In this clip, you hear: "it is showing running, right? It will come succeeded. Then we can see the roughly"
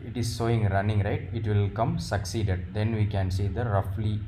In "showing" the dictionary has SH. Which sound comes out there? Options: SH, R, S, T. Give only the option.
S